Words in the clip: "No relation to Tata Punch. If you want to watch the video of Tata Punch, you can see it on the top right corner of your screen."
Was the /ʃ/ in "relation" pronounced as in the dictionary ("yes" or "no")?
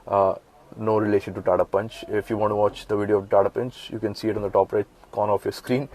yes